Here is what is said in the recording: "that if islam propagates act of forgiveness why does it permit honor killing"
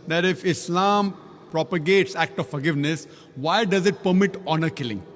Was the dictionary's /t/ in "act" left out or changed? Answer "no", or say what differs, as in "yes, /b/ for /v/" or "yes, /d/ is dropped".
no